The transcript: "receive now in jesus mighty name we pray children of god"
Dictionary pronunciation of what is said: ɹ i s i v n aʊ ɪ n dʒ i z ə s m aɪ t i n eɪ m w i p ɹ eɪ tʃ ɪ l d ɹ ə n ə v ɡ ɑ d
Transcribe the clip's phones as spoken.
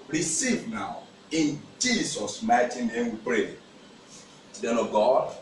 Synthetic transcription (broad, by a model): ɹ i s i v n aʊ ɪ n dʒ i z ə s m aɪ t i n eɪ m w i p ɹ eɪ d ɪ d ə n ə ɡ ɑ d